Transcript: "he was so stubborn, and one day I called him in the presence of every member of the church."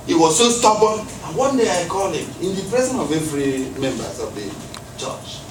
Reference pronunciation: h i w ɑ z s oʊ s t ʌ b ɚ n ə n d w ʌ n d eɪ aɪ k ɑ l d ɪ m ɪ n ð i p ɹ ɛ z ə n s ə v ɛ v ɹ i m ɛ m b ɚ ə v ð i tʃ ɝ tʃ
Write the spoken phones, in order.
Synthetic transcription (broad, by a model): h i w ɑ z s oʊ s t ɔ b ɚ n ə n w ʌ n d eɪ aɪ k ɑ l ɪ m ɪ n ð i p ɹ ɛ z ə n ə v ɛ v ɹ i m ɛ m b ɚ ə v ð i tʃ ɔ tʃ